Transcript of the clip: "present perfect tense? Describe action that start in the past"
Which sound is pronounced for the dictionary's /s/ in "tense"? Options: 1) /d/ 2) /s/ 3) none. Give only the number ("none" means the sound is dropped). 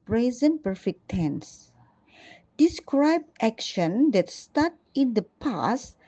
2